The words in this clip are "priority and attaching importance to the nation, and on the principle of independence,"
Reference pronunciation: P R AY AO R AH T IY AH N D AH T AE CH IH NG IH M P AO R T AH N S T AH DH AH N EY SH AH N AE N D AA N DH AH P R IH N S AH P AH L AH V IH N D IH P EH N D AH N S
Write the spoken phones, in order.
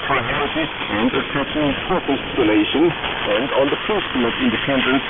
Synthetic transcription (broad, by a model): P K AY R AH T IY AH N D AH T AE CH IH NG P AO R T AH L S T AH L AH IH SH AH N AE N D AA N DH AH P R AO S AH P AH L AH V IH N D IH P EH N D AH N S